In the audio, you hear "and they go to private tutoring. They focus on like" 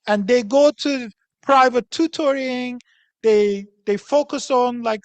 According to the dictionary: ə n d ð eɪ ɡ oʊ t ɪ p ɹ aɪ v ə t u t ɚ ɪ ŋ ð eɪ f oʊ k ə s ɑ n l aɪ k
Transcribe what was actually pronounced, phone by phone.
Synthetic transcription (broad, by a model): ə n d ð eɪ ɡ oʊ t ɪ p ɹ aɪ v ə t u t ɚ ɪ ŋ ð eɪ f oʊ k ə s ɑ n l aɪ k